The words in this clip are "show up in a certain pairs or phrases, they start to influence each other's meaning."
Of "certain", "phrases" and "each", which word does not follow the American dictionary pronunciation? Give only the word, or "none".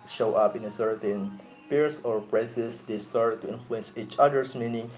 phrases